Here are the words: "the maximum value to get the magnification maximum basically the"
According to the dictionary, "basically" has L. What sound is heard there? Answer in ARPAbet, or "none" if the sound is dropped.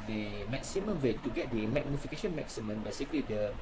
L